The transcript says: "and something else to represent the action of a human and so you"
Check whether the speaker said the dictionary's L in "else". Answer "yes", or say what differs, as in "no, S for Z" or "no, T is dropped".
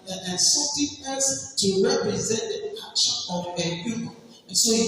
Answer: no, L is dropped